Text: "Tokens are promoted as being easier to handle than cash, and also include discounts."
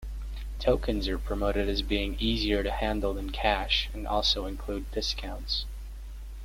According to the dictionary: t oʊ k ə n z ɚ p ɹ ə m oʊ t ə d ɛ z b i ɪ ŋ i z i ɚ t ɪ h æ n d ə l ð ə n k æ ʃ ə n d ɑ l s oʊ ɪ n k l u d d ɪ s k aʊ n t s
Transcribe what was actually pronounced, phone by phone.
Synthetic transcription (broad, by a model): t oʊ k ə n z ɚ p ɹ ə m oʊ t ə d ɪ z b i ɪ ŋ i z i ɚ t ɪ h æ n d l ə n k æ ʃ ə n ɑ l s oʊ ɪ n k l u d d ɪ s k aʊ n t s